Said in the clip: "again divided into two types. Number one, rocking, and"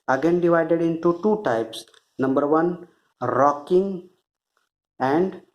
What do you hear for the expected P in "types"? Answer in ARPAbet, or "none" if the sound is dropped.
P